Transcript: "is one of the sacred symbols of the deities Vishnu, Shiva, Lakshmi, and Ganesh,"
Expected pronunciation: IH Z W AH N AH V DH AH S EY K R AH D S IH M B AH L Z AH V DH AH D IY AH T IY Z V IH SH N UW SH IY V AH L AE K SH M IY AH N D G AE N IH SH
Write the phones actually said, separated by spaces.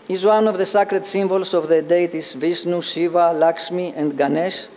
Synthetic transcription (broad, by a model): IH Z W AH N AH V DH AH S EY K R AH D S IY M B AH L S AH V DH AH D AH T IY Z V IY S N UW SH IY V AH L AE K S M IY AH N D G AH N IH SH